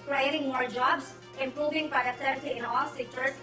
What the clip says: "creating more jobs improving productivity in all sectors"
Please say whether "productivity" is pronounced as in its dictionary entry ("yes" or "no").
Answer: no